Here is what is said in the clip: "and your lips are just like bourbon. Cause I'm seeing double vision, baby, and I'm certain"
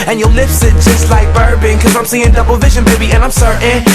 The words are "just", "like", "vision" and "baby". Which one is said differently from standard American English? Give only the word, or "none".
none